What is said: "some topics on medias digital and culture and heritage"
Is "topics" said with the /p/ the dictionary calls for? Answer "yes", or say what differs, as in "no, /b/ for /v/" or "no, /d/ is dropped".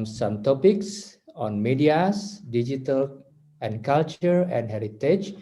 yes